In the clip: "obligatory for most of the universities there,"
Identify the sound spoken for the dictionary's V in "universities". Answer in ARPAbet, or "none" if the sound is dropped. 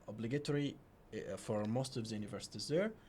V